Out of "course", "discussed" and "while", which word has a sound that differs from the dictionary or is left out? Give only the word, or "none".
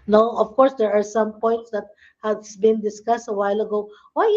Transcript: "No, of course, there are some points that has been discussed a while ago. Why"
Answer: none